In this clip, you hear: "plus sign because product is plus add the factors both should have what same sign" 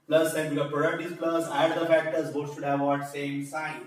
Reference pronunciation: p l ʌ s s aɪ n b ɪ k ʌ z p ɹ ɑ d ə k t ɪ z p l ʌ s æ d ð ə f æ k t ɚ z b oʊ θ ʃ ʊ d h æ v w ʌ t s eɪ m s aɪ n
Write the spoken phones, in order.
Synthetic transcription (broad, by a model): p l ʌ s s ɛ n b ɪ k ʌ p ɹ ɑ d ə k t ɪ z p l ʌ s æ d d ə f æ k t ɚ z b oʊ ʃ ʊ d h æ v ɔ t s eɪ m s aɪ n